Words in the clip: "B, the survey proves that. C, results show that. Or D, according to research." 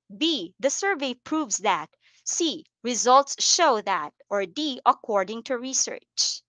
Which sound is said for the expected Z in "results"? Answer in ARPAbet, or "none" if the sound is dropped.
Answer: Z